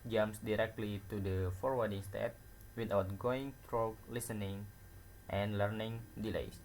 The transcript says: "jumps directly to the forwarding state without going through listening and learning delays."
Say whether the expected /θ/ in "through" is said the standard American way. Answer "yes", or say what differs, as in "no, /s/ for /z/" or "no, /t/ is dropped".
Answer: no, /t/ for /θ/